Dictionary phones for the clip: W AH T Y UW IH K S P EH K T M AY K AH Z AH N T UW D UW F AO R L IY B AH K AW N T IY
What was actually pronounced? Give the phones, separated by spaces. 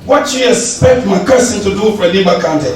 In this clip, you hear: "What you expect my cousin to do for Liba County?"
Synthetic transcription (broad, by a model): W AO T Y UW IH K S P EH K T M AY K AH S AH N T UW D UW F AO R L IY B AH K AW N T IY